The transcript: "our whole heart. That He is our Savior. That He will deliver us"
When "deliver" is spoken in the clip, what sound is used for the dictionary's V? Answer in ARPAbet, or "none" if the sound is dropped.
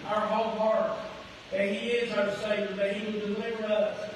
V